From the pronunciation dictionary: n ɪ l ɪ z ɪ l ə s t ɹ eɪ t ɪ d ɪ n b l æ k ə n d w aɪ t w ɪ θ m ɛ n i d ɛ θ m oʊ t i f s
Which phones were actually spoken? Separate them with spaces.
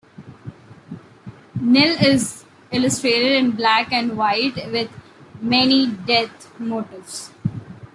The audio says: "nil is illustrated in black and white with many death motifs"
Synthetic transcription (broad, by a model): n ɪ l ɪ z ɪ l ə s t ɹ eɪ t ɪ d ɪ n b l æ k ə n d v aɪ t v ɪ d m ɛ n i d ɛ t m oʊ t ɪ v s